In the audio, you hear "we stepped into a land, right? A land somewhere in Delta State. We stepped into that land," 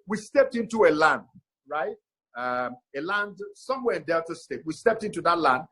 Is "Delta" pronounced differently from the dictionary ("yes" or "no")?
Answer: yes